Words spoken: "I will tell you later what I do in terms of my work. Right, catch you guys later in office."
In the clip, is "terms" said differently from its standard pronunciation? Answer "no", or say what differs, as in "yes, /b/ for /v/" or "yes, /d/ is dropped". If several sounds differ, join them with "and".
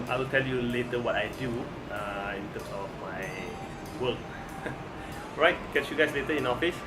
yes, /s/ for /z/